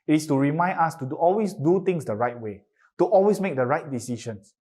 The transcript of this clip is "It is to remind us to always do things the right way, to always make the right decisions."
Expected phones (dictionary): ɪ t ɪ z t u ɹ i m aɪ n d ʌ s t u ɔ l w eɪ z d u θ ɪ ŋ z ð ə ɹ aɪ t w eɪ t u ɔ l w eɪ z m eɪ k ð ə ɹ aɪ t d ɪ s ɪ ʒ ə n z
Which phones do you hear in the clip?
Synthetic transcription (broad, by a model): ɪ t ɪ s t u ɹ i m aɪ n ɑ s t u ɔ l w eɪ s d u t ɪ ŋ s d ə ɹ aɪ t w eɪ t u ɔ l w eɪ s m eɪ k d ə ɹ aɪ t d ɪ s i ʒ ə n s